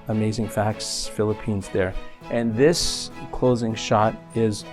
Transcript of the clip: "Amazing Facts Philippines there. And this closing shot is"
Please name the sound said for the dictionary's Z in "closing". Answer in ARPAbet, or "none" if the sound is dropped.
Z